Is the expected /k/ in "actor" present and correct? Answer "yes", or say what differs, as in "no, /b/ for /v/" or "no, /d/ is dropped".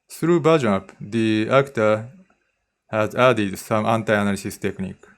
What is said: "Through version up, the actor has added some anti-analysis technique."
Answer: yes